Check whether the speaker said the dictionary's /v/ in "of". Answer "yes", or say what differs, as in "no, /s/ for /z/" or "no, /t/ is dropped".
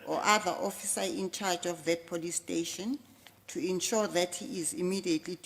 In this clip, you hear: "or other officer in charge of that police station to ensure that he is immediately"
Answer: no, /f/ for /v/